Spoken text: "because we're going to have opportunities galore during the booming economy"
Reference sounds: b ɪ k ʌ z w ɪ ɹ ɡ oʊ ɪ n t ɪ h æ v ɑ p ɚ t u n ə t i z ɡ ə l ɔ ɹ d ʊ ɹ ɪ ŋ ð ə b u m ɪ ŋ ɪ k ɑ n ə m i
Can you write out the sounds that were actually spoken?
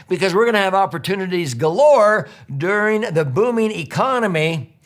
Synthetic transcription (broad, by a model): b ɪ k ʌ z w ɪ ɹ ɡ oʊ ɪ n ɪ v ɑ p ɚ t u n ə t i z ɡ ə l ɔ ɹ d ʊ ɹ ɪ ŋ ð ə b u m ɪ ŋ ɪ k ɑ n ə m i